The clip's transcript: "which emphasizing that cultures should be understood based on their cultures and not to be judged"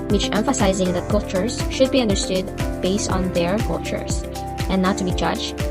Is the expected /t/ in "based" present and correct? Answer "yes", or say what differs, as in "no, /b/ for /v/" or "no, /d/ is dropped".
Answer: yes